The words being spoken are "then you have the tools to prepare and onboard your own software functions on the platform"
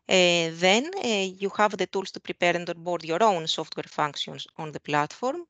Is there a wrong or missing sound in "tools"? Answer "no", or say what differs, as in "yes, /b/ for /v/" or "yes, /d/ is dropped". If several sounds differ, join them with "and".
yes, /s/ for /z/